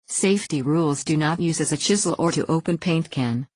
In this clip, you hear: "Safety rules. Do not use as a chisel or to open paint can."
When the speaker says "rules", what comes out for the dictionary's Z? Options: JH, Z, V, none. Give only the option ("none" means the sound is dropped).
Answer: Z